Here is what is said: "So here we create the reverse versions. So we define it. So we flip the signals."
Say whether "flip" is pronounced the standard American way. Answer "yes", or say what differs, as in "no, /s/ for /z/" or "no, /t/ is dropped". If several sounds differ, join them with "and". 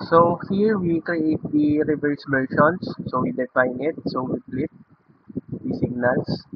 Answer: no, /p/ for /f/